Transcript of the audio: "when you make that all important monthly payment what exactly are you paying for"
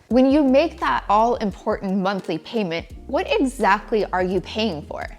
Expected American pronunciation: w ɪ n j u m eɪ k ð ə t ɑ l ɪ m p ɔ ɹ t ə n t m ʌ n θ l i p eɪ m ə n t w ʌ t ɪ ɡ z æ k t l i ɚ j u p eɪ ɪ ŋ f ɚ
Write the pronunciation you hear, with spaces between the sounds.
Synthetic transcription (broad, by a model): w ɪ n j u m eɪ k ð ə t ɑ l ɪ m p ɔ ɹ t n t m ʌ n θ l i p eɪ m ə n t w ʌ t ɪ ɡ z æ k t l i ɚ j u p eɪ ɪ ŋ f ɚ